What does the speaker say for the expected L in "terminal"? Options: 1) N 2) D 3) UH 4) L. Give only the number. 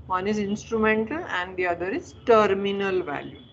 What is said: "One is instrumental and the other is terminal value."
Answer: 4